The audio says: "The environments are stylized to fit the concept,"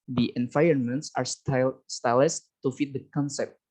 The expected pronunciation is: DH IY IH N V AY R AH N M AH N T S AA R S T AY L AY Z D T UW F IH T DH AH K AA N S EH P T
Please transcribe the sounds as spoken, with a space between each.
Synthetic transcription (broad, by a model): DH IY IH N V AY AH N M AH N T S AA R S T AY L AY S T UW F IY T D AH K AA N S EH P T